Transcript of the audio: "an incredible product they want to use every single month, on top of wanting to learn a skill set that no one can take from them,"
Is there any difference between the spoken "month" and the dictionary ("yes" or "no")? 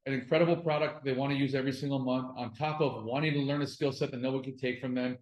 no